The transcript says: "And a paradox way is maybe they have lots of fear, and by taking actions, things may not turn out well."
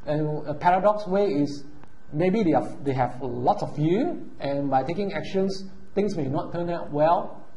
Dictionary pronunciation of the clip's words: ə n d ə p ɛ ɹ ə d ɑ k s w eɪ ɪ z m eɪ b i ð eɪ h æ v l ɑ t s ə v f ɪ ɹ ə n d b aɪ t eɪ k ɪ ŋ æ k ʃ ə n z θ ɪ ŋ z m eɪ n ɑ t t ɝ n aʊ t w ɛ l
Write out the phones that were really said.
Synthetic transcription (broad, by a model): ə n ə p ɛ ɹ ə d ɑ k s w eɪ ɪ s m eɪ b i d eɪ h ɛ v l ɑ t s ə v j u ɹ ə n b aɪ t eɪ k ɪ ŋ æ k ʃ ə n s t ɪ ŋ s m eɪ n ɑ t t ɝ n aʊ t w ɛ l